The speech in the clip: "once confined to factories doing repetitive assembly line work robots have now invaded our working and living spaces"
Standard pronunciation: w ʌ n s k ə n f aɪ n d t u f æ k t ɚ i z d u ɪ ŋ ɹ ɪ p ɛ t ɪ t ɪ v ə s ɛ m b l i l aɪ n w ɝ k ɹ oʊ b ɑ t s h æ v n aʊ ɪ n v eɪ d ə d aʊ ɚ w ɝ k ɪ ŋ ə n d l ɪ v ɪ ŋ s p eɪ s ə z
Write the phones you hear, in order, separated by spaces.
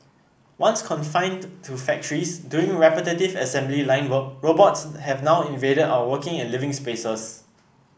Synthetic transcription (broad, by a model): w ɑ n s k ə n f aɪ n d t u f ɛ k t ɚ i s d u ɪ ŋ ɹ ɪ p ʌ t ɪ t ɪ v ə s ɛ m b l i l aɪ n w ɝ k ɹ oʊ b ɑ t s h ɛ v n aʊ ɪ n v eɪ d ə d aʊ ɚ w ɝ k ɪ ŋ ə n l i v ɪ ŋ s p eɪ s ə s